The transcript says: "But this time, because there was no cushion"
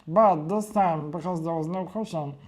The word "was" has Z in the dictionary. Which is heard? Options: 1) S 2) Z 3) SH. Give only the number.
2